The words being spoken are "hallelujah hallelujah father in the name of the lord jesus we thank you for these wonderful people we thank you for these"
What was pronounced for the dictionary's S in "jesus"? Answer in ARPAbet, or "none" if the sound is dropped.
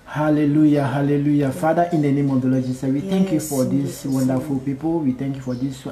none